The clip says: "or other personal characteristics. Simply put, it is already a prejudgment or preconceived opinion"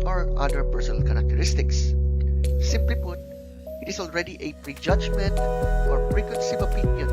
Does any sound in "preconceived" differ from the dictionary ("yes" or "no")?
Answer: yes